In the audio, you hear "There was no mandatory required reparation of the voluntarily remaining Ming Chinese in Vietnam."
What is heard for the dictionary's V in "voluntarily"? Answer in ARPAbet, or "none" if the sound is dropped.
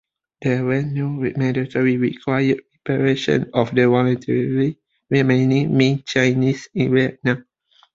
W